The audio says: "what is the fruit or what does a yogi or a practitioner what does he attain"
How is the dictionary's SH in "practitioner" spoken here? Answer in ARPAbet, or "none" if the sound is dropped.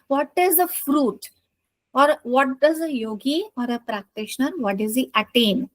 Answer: SH